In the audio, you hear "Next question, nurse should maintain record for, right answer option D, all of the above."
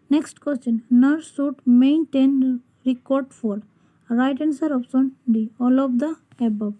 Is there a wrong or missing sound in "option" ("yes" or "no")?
yes